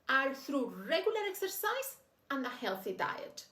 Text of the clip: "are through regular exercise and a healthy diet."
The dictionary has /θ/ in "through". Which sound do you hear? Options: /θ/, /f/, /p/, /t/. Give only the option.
/θ/